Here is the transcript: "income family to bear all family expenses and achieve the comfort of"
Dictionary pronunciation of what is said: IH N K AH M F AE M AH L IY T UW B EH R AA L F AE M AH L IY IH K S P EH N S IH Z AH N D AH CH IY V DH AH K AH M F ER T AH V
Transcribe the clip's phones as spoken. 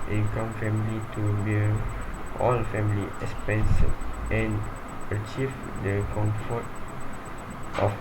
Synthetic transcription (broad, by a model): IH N K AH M F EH M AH L IY T UW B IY L AA L F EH M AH L IY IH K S P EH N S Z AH N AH CH IY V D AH K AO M F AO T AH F